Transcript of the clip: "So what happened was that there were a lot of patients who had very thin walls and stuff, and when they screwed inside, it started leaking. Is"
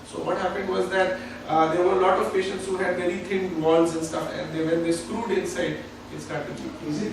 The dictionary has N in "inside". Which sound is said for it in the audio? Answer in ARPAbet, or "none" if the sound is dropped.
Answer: N